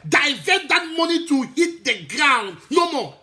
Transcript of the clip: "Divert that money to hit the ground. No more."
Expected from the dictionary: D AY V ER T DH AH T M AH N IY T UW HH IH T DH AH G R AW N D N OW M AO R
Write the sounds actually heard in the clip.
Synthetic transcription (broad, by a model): D AY V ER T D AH T M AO N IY T UW HH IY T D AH G R AW N D N OW M AO